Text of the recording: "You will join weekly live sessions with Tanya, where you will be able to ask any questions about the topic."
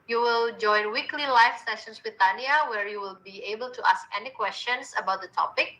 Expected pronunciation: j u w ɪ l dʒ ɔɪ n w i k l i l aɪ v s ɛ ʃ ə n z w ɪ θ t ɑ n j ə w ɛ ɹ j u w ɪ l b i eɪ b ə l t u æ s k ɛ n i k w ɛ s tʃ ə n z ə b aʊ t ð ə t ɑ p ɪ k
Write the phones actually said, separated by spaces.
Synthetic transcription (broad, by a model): j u w ɪ l dʒ ɔɪ n w i k l i l aɪ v s ɛ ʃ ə n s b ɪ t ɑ n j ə w ɛ ɹ j u w ɪ l b i eɪ b ə l t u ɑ s k ɛ n i k w ɛ s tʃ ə n s ə b aʊ t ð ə t ɑ p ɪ k